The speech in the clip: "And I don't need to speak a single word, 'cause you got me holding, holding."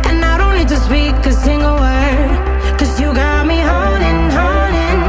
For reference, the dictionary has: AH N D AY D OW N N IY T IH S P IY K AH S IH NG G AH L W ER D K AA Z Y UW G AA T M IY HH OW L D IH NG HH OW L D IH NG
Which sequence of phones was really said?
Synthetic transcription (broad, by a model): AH N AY D OW N L IY T IH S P IY K AH S IH NG G AH L W ER D K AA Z Y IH G AA T M IY HH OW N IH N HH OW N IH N